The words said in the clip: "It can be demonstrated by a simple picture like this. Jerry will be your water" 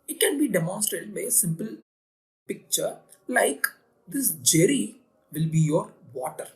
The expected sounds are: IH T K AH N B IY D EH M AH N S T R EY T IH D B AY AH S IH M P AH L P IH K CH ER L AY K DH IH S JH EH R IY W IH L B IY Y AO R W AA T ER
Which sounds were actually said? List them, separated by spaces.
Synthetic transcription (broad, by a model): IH T K AH N B IY D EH M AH N S T R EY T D B AY AH S IH M P AH L P IH K CH ER L AY K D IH S JH EH R IY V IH L B IY Y AO R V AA T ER